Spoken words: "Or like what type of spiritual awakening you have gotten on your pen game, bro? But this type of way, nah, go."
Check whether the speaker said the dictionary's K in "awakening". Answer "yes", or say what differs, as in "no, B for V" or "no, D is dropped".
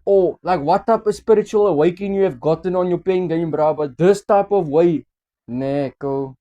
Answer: no, K is dropped